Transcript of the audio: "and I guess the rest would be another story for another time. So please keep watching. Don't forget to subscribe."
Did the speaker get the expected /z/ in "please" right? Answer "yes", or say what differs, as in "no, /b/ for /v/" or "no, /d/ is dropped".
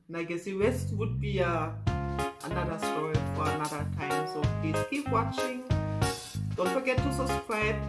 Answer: no, /z/ is dropped